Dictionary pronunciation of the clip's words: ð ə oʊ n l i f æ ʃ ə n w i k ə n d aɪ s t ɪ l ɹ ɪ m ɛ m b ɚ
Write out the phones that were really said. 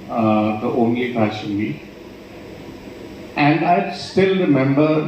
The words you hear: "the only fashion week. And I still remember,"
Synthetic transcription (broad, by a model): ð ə oʊ n l i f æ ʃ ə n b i ə n d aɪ s t ɪ l ɹ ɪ m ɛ m b ɚ